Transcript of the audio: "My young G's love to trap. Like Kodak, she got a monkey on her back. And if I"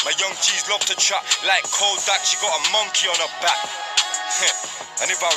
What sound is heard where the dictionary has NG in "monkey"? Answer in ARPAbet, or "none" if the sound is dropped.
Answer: NG